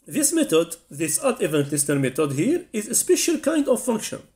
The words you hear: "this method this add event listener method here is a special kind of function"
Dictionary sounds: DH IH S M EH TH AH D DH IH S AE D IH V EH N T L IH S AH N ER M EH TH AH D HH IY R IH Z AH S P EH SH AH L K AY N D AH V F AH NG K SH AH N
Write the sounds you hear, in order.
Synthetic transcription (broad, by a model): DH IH S M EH T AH D DH IH S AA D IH V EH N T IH S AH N M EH T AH D HH IY R IH Z AH S P EH SH AH L K AY N D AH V F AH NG K SH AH N